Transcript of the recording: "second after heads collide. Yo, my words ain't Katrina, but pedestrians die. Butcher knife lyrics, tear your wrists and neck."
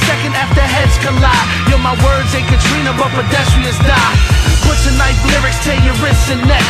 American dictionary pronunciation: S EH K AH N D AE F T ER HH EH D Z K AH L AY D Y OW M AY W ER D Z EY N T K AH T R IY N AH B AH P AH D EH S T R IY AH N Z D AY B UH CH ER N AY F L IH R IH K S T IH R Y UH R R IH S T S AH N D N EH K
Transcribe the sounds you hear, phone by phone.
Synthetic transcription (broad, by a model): S EH K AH N D AE F T ER HH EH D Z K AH L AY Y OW M AY W ER D Z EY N K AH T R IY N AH B AH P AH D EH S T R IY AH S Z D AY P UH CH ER N AY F L IH R IH K S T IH Y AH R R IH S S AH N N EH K